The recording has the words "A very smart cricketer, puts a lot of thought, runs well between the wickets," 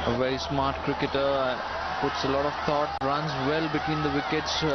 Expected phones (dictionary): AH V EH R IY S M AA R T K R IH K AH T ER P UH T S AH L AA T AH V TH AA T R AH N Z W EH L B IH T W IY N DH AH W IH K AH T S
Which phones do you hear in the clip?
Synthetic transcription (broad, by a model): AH V EH R IY S M AA R T K R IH K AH T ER P UH T S AH L AA T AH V T AA T R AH N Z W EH L B IH T W IY N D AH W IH K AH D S